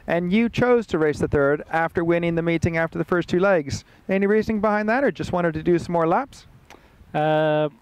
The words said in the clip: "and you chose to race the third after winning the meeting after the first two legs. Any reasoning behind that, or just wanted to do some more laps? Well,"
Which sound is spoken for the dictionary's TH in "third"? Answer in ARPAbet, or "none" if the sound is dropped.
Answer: TH